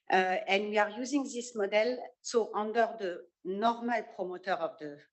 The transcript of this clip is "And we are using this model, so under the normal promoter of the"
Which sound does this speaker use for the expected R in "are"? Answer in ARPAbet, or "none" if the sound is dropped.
R